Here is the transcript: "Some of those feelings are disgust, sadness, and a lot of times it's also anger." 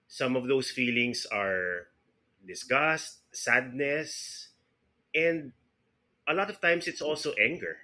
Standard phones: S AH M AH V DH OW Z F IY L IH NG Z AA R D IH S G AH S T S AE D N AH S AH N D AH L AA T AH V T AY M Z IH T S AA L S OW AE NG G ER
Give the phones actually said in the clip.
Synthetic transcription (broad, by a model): S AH M AH V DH OW S F IY L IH NG S AA R D IH S G AH S T S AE D N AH S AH N D AH L AA T AH V T AY M S IH T S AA L S OW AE NG G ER